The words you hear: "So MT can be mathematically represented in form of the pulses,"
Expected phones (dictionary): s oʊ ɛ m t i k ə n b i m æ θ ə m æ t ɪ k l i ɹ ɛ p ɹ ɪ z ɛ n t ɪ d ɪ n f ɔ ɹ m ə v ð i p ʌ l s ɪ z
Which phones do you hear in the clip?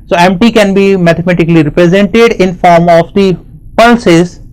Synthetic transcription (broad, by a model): s oʊ ɛ m t i k ə n b i m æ t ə m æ t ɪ k l i ɹ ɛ p ɹ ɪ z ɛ n t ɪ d ɪ n f ɔ ɹ m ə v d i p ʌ l s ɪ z